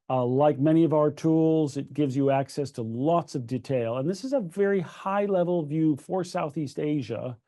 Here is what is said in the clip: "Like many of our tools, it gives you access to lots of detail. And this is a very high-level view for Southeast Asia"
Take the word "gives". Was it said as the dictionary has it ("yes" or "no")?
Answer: yes